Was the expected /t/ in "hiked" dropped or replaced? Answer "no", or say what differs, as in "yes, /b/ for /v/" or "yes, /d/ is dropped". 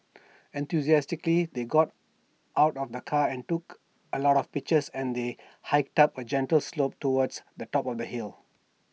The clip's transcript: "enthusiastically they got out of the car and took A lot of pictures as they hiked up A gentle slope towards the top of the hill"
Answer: no